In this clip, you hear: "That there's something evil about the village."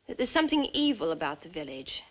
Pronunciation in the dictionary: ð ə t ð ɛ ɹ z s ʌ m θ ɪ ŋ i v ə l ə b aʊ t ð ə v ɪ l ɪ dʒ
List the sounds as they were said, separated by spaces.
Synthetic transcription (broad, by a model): ð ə t ð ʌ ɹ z s ʌ m θ ɪ ŋ i v ə l ə b aʊ t ð ə v ɪ l ɪ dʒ